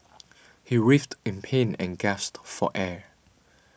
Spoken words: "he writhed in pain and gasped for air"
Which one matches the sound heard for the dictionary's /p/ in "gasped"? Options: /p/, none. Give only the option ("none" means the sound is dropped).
none